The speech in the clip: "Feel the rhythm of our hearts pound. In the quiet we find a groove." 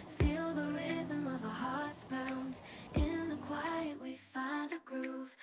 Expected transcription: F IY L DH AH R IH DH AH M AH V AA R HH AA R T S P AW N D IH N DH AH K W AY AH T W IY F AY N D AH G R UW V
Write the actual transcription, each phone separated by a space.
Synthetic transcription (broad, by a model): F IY L DH AH R IH DH AH M AH V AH HH AA R T S B AW N D IH N DH AH K W AY AH T W IY F AY N D AH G R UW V